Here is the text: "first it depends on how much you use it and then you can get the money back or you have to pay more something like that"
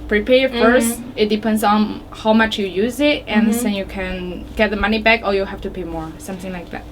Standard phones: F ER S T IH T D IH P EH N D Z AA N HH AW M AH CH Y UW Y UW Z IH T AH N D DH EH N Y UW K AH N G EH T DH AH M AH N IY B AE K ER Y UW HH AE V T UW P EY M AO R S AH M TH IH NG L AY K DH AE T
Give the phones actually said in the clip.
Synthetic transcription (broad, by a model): F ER S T IH T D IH P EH N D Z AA N HH AW M AH CH Y UW Y UW Z IH T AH N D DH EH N Y UW K AH N G EH T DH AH M AH N IY B AE K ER Y UW HH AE F T UW P EY M AO R S AH M TH IH NG L AY K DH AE T